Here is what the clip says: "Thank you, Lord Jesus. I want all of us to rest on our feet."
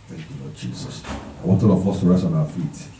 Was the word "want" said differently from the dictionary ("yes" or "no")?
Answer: no